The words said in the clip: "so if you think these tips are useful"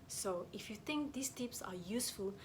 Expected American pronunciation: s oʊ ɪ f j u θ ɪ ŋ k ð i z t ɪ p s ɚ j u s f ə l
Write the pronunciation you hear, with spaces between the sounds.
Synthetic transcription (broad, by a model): s oʊ ɪ f j u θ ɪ ŋ k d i s t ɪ p s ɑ j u s f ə l